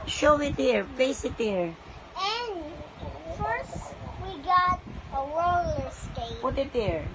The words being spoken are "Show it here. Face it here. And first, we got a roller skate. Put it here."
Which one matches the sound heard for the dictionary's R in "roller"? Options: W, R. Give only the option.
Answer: W